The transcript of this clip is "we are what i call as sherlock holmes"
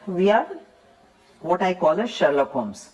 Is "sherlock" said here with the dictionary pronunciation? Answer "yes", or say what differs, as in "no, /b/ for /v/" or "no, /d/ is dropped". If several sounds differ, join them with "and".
yes